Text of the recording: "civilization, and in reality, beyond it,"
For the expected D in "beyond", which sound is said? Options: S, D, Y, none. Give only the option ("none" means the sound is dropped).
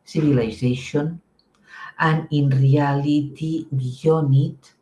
none